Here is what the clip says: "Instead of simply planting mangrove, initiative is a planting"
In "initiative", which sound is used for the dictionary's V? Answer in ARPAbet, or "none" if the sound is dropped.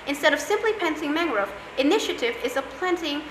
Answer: V